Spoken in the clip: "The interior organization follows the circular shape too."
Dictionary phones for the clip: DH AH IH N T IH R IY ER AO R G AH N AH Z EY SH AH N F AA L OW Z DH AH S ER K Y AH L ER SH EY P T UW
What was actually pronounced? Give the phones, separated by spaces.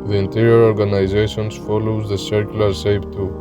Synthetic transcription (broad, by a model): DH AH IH N T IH R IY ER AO R G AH N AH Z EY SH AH N F AA L OW Z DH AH S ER K Y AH L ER S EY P T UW